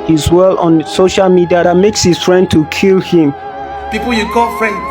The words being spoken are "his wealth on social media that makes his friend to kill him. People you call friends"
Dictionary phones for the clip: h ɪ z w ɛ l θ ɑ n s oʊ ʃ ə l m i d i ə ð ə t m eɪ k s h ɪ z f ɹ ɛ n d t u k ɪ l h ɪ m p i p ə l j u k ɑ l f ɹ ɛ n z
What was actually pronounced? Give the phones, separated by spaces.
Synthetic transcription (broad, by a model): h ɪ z w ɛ l ɑ n s oʊ ʃ ə l m i d i ə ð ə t m eɪ k s h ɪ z f ɹ ɛ n d t u k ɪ l h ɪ m p i p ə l j u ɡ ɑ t f ɹ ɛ n